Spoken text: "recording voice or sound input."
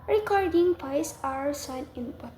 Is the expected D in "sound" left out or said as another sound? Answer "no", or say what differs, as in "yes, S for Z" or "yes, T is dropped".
yes, D is dropped